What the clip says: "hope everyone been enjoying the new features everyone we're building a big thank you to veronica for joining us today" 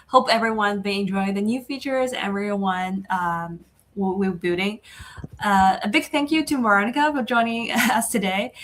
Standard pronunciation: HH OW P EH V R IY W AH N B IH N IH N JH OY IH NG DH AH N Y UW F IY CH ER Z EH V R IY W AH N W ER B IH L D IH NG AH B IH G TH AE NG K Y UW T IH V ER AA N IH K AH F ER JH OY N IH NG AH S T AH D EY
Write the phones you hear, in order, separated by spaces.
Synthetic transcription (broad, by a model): HH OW P EH V R IY W AH N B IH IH N JH OY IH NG DH AH N Y UW F IY CH ER Z EH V R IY W AH N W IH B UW D IH NG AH B IH G TH AE NG K Y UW T IH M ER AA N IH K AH F ER JH OY N IH NG AH S T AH D EY